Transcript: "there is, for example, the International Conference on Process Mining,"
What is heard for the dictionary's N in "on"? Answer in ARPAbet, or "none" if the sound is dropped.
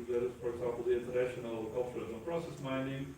L